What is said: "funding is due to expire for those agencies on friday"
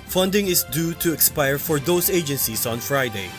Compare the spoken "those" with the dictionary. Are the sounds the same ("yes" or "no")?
no